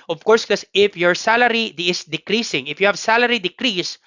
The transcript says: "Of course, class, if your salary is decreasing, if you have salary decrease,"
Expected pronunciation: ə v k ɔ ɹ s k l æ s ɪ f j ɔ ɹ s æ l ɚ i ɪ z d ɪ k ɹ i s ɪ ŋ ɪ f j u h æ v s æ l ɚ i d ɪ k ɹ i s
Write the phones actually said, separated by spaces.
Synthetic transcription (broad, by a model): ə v k ɔ ɹ s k ʌ s ɪ f j ɔ ɹ s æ l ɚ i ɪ s d ɪ k ɹ i s ɪ ŋ ɪ f j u h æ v s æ l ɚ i d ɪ k ɹ i s